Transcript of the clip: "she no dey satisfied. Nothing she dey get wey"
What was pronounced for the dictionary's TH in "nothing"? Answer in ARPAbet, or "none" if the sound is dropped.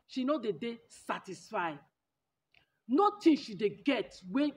T